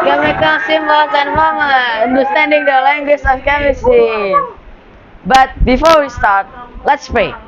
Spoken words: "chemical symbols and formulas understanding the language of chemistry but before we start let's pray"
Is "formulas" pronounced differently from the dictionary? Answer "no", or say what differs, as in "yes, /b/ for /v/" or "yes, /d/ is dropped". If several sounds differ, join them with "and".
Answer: yes, /l/ is dropped